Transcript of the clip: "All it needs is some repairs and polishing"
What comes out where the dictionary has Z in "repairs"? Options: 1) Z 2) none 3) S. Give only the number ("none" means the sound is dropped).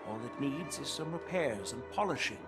1